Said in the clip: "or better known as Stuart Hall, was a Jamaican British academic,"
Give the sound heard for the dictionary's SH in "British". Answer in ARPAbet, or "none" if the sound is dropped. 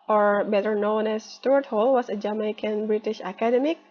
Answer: SH